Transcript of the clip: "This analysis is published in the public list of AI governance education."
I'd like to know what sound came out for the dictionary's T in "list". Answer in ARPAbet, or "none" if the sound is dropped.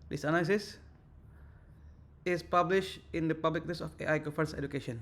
none